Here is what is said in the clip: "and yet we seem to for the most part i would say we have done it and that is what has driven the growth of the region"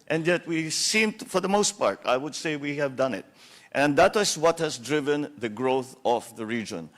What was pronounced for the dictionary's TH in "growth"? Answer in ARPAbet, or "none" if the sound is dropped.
TH